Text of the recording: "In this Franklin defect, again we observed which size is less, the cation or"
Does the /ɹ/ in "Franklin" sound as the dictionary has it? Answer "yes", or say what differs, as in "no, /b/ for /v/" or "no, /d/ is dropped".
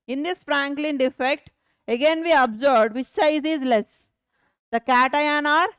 yes